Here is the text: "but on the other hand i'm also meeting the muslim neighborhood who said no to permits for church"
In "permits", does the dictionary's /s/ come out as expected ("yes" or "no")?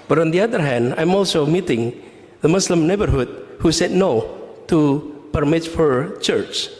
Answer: no